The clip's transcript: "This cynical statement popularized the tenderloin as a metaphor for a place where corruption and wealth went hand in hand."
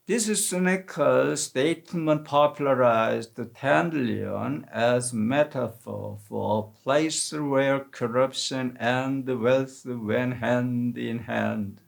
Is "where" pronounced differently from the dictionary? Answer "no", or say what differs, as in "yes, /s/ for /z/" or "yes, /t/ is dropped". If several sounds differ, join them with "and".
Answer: no